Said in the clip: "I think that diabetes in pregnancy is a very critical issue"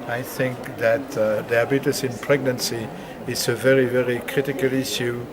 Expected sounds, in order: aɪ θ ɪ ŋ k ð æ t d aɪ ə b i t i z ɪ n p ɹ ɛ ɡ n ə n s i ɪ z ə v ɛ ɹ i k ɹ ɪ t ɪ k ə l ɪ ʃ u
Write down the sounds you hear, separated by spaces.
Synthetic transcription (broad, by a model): aɪ θ ɪ ŋ k ð æ t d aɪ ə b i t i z ɪ n p ɹ ɛ ɡ n ə n s i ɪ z ə v ɛ ɹ i k ɹ ɪ t ɪ k ə l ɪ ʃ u